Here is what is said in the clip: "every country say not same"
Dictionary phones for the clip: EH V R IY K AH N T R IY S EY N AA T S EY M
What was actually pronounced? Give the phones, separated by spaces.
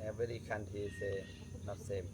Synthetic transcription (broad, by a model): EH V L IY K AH N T IY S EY N AA T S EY M